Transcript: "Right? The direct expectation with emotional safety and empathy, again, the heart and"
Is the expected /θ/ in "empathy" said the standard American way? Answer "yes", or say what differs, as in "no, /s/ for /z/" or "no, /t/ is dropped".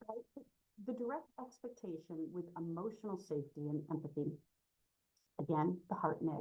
yes